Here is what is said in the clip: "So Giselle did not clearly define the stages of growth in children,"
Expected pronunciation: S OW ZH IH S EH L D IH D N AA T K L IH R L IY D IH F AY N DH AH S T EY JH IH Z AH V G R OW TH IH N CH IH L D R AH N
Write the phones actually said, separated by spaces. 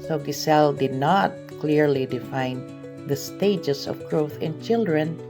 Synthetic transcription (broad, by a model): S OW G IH S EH L D IH D N AA T K L IH R L IY D IH F AY N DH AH S T EY JH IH S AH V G R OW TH IH N CH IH L D R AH N